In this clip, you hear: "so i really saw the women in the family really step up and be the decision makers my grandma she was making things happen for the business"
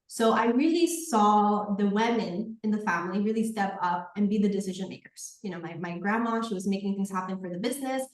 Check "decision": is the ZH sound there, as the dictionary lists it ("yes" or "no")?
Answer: yes